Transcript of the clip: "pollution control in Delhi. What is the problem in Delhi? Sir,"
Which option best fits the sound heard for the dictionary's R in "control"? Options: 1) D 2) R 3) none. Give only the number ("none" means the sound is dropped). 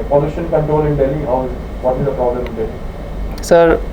3